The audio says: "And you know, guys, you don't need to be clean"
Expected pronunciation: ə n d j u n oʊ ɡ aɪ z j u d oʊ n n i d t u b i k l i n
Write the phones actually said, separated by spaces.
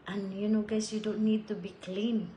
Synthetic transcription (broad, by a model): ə n j u n oʊ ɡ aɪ s j u d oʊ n n i d t u b i k l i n